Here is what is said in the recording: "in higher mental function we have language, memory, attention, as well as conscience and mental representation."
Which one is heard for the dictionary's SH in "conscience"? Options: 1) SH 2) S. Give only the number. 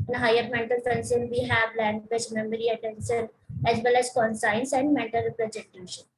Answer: 2